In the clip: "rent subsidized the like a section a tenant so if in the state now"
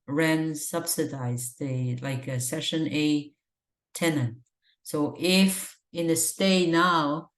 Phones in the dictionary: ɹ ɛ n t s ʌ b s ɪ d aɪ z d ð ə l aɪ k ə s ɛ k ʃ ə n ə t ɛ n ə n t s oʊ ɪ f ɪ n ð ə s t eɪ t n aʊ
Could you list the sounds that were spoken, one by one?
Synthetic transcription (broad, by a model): ɹ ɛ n s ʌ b s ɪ d aɪ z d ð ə l aɪ k ə s ɛ ʃ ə n ə t ɛ n ə n t s oʊ ɪ f ɪ n ð ə s t eɪ n aʊ